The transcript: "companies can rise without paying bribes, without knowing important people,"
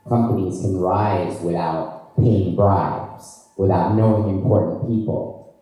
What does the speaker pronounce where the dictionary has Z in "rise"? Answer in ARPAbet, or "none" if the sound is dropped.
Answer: Z